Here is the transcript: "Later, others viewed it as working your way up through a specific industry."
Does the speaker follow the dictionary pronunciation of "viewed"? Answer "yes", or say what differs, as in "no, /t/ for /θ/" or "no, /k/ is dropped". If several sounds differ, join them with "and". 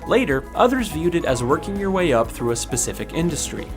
yes